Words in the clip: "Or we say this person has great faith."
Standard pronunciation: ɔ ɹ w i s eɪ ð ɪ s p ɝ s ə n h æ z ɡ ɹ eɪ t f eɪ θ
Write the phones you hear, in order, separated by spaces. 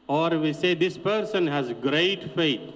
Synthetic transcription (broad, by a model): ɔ ɹ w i s eɪ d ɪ s p ɝ s ə n h æ z ɡ ɹ eɪ t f eɪ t